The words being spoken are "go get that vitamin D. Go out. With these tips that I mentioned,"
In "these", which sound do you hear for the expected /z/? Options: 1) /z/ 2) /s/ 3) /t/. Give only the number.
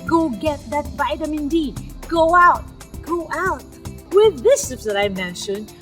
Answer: 2